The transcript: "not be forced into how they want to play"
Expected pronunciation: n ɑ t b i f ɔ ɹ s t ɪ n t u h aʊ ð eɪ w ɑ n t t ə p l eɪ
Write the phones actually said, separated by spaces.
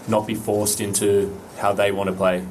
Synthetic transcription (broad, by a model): n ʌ t b i f ɔ ɹ s t ɪ n t u h aʊ ð eɪ w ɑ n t t ə p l eɪ